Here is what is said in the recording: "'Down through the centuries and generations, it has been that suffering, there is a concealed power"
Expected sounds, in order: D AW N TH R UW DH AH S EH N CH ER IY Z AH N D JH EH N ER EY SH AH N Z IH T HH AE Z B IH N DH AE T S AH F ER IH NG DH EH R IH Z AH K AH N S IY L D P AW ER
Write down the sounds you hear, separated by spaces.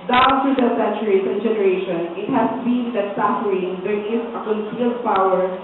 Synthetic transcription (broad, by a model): D AW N T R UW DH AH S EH N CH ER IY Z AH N JH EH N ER EY SH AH N IH T HH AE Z B IH N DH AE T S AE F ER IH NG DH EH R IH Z AH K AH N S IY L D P AW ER